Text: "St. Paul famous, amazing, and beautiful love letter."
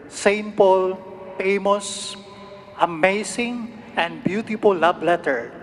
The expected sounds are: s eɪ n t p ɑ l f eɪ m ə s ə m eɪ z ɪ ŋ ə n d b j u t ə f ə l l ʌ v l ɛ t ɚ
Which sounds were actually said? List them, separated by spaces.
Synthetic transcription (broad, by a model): s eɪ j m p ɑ l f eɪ m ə s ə m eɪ s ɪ ŋ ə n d b j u t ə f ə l l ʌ b l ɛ t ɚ